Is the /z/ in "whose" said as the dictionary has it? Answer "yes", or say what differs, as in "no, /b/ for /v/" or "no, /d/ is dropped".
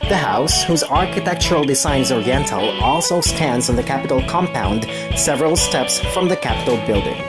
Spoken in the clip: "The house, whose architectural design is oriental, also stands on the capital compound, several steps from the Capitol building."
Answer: yes